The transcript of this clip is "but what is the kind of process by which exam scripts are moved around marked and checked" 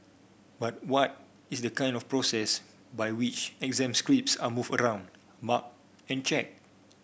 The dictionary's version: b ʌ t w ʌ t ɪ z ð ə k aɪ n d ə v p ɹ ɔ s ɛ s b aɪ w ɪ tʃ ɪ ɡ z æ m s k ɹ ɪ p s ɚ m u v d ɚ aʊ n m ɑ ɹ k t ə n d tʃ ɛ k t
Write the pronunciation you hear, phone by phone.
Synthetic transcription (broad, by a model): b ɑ t w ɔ t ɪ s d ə k aɪ n d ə f p ɹ ɔ s ɛ s b aɪ w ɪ tʃ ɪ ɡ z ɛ m s k ɹ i p s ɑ m u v ɚ aʊ n m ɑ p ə n tʃ ɛ k